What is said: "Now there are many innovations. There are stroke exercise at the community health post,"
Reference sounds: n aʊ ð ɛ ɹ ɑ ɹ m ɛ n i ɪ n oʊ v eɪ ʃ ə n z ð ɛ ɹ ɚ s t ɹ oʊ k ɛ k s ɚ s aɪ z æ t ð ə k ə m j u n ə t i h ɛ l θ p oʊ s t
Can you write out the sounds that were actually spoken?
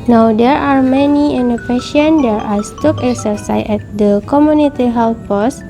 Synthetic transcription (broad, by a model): n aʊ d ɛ ɹ ɑ ɹ m ɛ n i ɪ n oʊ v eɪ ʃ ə n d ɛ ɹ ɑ s t oʊ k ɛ k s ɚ s aɪ s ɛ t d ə k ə m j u n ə t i h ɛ l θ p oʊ s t